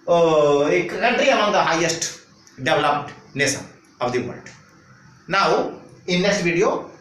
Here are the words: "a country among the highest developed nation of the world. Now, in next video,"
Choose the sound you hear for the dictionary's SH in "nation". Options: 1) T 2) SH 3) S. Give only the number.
3